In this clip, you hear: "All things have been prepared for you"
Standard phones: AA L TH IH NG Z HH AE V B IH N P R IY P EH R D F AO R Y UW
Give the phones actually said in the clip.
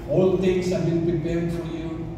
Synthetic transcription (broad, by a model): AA L T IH NG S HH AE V B IH N P R IY P EH R D F AO R Y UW